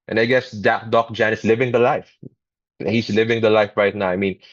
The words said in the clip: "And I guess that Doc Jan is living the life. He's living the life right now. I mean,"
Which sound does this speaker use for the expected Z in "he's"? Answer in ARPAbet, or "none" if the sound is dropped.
S